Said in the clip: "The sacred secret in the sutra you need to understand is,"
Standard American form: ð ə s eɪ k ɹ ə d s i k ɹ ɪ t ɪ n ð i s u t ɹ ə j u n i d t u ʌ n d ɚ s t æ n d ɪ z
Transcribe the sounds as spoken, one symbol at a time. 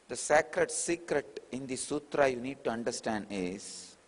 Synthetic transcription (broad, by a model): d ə s eɪ k ɹ ə d s i k ɹ ɪ t ɪ n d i s u t ɹ ə j u n i d t u ʌ n d ɚ s t æ n d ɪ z